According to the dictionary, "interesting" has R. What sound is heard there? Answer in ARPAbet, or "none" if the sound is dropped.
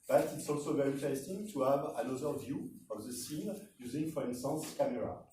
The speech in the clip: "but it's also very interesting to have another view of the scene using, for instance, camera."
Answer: none